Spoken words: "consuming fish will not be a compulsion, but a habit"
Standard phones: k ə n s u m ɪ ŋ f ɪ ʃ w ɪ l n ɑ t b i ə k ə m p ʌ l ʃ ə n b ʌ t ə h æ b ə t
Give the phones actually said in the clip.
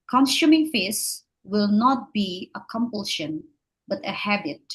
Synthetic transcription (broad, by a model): k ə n s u m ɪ ŋ f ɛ s w ɪ l n ɑ t b i ə k ə m p ʌ l ʃ ə n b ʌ t ə h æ b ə t